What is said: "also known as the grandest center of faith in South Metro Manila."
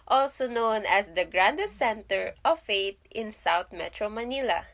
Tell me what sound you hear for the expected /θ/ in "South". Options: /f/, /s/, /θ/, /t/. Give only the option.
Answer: /t/